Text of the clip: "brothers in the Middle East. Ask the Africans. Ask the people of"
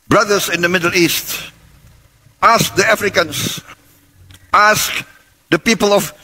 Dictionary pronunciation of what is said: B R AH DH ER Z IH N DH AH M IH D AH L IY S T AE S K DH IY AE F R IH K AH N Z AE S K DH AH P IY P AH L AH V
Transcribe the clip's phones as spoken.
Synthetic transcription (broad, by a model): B R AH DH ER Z IH N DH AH M IH D AH L IY S T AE S K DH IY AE F R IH K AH N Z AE S K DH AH P IY P AH L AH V